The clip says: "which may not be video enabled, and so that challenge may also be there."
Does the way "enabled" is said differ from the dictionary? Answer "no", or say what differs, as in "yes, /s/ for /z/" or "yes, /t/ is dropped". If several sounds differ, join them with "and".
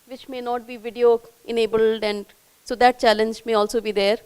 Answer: no